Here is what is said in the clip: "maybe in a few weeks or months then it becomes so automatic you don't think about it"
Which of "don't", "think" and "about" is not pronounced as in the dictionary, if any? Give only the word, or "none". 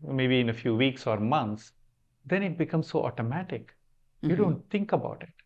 think